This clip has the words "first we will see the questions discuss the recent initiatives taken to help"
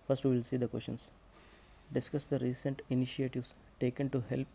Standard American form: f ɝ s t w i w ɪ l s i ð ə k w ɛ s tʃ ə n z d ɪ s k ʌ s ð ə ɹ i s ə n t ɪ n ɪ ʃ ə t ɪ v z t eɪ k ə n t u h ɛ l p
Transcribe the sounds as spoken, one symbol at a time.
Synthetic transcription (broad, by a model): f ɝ s t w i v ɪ l s i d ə k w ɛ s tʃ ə n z d ɪ s k ʌ s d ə ɹ i s ə n t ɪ n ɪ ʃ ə t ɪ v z t eɪ k ə n t u h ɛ l p